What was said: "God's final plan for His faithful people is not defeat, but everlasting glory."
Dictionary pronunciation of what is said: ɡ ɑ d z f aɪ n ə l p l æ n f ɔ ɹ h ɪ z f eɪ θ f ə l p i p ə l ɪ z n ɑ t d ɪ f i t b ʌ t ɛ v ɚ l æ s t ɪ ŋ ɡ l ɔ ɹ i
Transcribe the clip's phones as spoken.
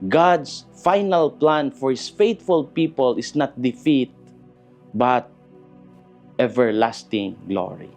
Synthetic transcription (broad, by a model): ɡ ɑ d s f aɪ n ə l p l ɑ n f ɔ ɹ h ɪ s f eɪ t f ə l p i p ə l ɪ s n ɑ t d ɪ f i t b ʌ t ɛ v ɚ l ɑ s t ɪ ŋ ɡ l ɔ ɹ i